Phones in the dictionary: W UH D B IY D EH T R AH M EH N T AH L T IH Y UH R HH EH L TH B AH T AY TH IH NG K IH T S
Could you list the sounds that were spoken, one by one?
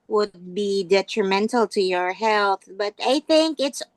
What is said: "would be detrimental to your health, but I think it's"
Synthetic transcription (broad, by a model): W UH D B IY D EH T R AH M EH N T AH L T IH Y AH R HH EH L TH B AH T AY TH IH NG K IH T S